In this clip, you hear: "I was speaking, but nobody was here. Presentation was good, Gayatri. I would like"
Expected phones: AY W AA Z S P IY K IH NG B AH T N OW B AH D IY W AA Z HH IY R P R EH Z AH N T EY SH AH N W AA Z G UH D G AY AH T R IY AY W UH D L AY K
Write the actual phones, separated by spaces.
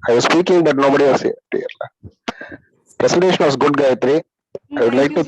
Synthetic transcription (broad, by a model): AY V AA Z S P IY K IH NG B AH T N OW B AH D IY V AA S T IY L P R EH S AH N T EY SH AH N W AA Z G UH D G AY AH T R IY AY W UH D L AY K